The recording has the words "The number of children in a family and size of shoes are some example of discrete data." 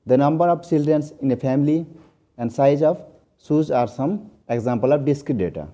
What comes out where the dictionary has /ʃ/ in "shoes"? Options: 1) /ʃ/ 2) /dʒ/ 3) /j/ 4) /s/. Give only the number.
4